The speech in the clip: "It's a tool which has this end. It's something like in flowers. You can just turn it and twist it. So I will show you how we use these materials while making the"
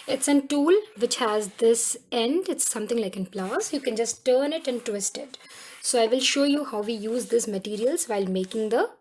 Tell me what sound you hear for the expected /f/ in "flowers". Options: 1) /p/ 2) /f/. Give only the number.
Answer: 1